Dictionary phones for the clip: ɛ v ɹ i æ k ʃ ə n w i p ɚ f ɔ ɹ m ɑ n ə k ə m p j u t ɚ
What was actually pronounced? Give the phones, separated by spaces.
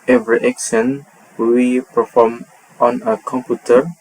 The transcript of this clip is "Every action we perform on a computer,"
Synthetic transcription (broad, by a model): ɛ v ɹ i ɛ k s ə n w i p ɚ f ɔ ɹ m ɑ n ə k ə m p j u t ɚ